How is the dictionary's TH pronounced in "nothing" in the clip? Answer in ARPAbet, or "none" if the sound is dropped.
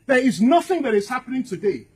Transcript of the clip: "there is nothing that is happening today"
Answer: TH